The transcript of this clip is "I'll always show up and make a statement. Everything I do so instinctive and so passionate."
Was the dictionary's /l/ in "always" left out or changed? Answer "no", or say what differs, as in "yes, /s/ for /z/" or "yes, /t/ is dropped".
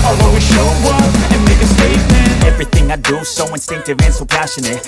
yes, /l/ is dropped